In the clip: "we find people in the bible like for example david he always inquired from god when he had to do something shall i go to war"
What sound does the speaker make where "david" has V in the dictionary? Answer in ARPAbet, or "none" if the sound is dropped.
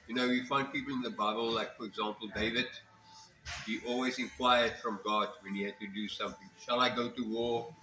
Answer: V